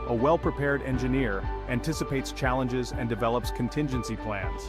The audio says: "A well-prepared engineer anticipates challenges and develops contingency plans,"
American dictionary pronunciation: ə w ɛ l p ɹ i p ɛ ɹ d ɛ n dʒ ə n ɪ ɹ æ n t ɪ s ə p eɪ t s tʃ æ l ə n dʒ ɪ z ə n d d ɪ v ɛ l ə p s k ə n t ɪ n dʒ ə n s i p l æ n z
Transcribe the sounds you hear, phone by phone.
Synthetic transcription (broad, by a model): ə w ɛ l p ɹ i p ɛ ɹ d ɛ n dʒ ə n ɪ ɹ æ n t ɪ s ə p eɪ t s tʃ æ l ə n dʒ ɪ z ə n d d ɪ v ɛ l ə p s k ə n t ɪ n dʒ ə n s i p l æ n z